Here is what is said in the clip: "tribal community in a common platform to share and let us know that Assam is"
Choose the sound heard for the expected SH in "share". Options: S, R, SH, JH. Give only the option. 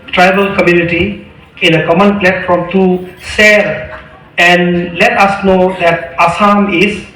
S